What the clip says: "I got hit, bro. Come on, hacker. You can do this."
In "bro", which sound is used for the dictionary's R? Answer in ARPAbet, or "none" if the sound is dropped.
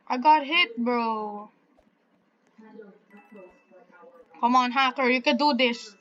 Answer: R